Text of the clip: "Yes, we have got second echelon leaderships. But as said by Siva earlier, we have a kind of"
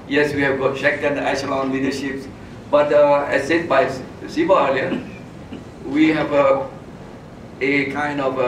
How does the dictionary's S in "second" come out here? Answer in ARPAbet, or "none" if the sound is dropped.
SH